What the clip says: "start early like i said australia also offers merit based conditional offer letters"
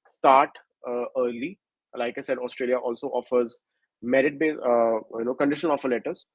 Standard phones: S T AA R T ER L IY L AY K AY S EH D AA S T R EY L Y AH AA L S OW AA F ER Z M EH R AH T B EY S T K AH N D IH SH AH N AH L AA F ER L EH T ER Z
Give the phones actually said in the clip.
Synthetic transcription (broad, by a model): S T AA R T ER L IY L AY K AY S EH D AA S T R EY L Y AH AA L S OW AA F ER Z M EH R AH T B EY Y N K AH N D IH SH AH N AA F ER L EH T ER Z